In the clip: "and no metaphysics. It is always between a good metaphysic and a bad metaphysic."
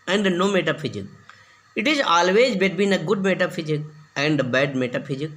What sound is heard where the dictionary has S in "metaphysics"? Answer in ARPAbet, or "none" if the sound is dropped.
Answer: none